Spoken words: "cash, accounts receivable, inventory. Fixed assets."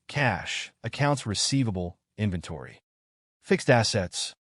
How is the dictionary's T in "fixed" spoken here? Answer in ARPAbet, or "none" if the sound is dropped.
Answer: T